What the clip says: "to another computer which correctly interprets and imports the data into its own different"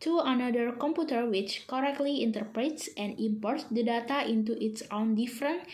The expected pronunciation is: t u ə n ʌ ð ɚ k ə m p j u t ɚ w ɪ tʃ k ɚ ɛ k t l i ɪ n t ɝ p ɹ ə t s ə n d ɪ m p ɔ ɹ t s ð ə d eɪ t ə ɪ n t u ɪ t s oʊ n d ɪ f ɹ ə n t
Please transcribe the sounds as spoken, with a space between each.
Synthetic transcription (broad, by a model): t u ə n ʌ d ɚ k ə m p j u t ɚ w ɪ tʃ k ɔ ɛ k t l i ɪ n t ɝ p ɹ ə t s ə n d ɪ m p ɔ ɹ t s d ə d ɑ t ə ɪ n t u ɪ t s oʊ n d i f ɹ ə n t